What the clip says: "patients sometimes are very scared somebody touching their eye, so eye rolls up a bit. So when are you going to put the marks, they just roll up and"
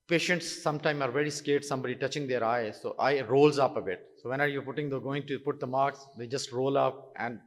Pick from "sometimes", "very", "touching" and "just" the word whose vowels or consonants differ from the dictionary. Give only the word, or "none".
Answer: sometimes